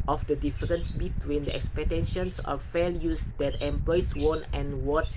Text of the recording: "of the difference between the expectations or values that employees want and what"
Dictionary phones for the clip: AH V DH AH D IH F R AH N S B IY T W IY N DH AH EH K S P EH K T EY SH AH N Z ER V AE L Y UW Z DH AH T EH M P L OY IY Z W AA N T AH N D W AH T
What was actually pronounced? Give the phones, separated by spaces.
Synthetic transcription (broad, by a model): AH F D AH D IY F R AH N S B IY T W IY N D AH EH K S P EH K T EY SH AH N S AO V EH L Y UW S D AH T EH M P L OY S W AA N AH N W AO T